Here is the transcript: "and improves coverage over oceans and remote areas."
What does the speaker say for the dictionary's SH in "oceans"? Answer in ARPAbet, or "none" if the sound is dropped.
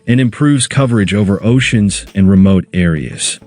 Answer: SH